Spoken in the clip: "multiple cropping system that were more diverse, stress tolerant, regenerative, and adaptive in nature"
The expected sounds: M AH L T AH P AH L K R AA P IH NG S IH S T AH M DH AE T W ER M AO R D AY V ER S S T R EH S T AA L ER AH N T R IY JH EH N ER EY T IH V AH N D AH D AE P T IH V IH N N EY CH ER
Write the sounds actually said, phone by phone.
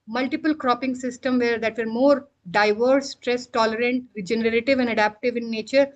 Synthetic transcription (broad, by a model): M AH L T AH P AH L K R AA P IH NG S IH S T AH M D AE T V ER M AO R D AY V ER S S T R EH S T AA L ER AH N T R IY JH EH N ER EY T IH V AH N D AH D AE P T IH V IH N N EY CH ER